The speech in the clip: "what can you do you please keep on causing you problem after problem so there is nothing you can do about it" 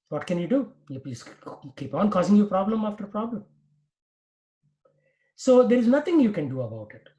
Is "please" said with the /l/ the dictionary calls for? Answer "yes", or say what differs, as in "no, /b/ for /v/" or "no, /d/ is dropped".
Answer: no, /l/ is dropped